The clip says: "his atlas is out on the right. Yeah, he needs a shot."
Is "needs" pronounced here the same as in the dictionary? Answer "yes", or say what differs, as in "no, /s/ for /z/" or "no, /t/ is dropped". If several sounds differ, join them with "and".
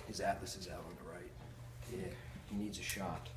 yes